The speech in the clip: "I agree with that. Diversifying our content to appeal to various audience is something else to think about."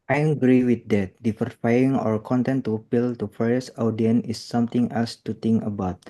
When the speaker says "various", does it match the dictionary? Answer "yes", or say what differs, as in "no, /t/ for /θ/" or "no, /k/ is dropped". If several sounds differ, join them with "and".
no, /f/ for /v/